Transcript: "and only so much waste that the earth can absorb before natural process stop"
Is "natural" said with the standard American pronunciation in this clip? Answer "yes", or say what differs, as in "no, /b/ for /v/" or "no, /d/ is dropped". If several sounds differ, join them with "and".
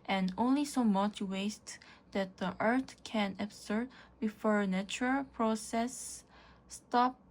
yes